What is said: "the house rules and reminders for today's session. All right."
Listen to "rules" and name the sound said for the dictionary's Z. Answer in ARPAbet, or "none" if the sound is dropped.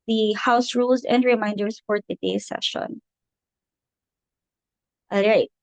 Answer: Z